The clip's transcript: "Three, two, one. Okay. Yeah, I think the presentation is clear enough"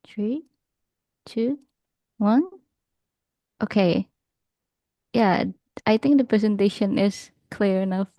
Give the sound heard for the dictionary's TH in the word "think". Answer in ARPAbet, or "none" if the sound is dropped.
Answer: TH